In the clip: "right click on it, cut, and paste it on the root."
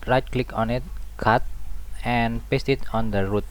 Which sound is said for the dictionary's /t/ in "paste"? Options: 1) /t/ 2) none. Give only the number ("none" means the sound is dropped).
1